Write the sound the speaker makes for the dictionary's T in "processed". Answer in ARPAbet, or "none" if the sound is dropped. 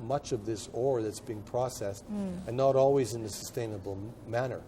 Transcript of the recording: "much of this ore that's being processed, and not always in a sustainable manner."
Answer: T